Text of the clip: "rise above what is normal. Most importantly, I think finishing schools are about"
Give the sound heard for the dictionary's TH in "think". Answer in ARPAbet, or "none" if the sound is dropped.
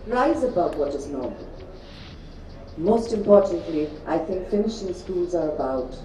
TH